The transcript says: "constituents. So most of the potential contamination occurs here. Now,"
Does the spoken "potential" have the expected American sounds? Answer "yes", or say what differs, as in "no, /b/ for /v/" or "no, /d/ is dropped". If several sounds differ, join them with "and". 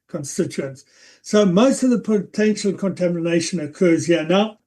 yes